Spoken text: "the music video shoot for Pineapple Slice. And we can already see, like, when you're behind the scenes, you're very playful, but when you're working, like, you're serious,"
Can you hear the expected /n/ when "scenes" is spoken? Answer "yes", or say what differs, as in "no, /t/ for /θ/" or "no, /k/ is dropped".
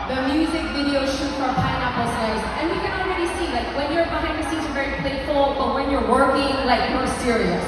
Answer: no, /n/ is dropped